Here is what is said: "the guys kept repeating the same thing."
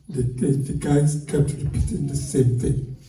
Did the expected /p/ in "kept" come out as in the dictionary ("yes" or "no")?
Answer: no